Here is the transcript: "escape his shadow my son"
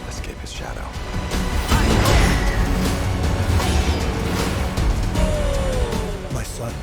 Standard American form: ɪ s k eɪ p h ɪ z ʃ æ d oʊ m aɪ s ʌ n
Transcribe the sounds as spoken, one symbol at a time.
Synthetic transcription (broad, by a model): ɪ s k eɪ p h ɪ z ʃ æ d oʊ m aɪ s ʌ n